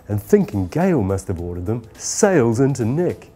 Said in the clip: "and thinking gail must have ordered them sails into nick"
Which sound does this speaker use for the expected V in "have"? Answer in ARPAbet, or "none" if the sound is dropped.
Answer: B